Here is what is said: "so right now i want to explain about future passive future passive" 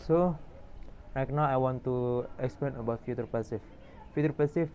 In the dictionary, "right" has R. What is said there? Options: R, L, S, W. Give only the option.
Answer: L